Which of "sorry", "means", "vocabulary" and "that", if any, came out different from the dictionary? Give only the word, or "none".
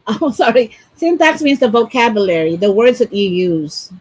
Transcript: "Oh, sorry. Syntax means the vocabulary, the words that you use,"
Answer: none